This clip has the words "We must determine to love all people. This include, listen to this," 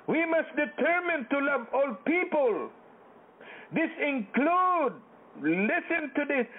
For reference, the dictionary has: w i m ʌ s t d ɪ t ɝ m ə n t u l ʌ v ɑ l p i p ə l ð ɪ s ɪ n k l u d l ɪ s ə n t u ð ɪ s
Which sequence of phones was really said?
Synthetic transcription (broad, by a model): w i m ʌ s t d ɪ t ɝ m ə n t u l ʌ v ɑ l p i p ə l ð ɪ s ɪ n k l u d l ɪ s ə n t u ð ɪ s